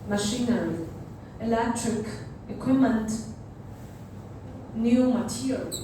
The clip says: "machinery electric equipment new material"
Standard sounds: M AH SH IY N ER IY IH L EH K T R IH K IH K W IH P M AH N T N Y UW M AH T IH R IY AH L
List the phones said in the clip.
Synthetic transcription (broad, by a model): M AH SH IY N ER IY IH L EH K T R IH K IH K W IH M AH N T N Y UW M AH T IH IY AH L